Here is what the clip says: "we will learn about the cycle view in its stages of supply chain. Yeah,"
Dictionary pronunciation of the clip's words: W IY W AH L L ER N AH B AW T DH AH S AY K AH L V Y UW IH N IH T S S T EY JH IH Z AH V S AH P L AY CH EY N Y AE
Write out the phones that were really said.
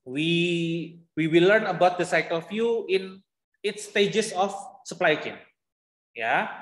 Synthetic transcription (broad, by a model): W IY W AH W L ER N AH B AW T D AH S AY K AH L F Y UW IH N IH T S S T EY JH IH S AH F S AH P L AY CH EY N Y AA